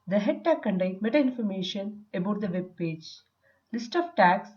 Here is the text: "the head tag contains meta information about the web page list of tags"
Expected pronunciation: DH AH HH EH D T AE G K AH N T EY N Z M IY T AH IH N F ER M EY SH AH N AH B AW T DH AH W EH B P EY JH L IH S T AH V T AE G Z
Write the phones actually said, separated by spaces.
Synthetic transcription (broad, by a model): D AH HH EH D T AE K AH N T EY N M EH T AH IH N F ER M EY SH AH N AH B AW T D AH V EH B P EY JH L IH S T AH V T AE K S